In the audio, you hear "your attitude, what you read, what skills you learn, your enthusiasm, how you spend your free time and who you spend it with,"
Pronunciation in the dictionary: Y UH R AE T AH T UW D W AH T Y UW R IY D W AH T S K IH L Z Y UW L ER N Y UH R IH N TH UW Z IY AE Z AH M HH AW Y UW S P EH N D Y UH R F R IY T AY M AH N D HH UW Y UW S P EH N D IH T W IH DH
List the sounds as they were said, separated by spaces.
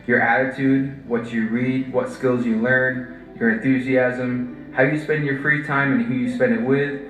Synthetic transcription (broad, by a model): Y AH R AE T AH T UW D W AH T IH R IY D W AH T S K IH L Z Y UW L ER N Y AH R IH N TH UW Z IY AE Z AH M HH AW Y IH S P EH N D Y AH R F R IY T AY M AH N HH UW Y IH S P EH N D IH T W IH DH